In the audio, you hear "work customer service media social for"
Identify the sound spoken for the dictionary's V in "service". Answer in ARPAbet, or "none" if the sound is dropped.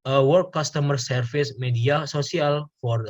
F